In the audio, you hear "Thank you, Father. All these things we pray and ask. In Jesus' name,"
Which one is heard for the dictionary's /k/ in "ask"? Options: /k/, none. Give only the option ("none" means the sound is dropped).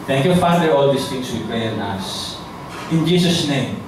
none